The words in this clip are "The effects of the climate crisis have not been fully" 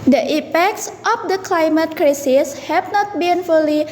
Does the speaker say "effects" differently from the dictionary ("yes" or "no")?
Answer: yes